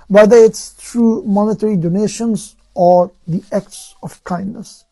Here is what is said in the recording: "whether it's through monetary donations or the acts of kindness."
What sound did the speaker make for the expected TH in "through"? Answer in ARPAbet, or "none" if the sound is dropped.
T